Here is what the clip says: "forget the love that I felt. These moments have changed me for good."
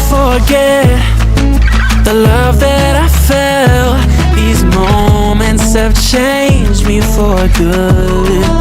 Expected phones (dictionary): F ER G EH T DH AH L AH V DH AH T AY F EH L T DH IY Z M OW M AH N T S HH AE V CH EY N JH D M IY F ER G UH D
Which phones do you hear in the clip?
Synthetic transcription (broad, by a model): F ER G EH T DH AH L AH V DH AH T AY F EH L DH IY Z M OW M AH N T S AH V CH EY N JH M IY F ER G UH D